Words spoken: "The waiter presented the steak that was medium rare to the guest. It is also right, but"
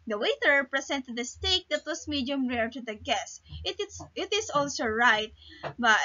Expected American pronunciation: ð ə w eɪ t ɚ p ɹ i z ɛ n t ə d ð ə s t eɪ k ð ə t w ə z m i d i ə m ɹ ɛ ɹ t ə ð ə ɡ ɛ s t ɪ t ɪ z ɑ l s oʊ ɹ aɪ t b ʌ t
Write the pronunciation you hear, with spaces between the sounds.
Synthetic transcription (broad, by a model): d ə w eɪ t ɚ p ɹ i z ɛ n t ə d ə s t eɪ k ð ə t w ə s m i d i ə m ɹ ɛ ɹ t ə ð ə ɡ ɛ s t ɪ t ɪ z ɑ l s oʊ ɹ aɪ t b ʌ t